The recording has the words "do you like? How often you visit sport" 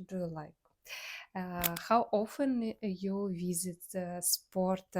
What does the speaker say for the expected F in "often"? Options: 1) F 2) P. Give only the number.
1